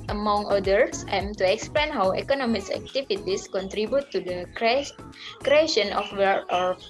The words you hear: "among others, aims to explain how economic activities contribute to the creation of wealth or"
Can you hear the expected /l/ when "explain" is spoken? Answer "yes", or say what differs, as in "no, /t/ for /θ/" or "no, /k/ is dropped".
yes